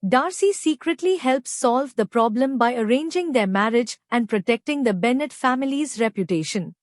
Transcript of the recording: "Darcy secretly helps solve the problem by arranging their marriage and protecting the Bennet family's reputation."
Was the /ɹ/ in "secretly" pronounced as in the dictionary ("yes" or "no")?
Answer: yes